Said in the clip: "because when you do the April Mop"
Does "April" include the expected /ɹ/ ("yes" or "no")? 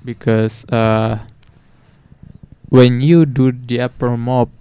no